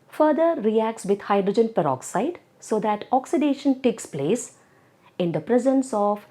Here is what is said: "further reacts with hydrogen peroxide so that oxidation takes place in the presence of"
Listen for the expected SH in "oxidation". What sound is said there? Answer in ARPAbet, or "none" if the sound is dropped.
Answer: SH